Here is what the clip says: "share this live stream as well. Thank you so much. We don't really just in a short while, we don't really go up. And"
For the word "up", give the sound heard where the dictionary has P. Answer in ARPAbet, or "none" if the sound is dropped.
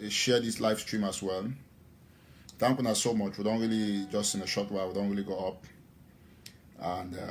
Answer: P